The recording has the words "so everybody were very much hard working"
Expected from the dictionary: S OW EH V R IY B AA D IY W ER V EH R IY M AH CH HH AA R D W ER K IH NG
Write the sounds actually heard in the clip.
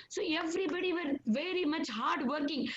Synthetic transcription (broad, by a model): S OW EH V R IY B AA D IY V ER V EH R IY M AH CH HH AA R D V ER K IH NG